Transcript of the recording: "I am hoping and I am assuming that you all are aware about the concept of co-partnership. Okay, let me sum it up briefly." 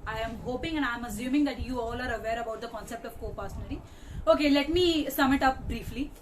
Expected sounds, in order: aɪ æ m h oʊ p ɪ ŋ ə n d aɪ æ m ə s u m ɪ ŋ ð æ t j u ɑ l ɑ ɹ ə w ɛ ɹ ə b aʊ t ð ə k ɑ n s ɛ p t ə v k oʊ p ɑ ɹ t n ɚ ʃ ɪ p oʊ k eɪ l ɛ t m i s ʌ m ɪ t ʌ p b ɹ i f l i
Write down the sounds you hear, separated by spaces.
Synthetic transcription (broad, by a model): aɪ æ m h oʊ p ɪ ŋ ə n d aɪ m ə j u m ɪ ŋ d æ t j u ɑ l ɑ ɹ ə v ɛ ɹ ə b aʊ t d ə k ɑ n s ɛ p t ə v k oʊ p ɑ ɹ s n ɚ i oʊ k eɪ l ɛ t m i s ʌ m ɪ t ʌ p b ɹ i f l i